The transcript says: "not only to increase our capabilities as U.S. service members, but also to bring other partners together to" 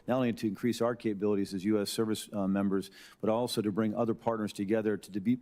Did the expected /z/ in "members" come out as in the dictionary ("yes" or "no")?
yes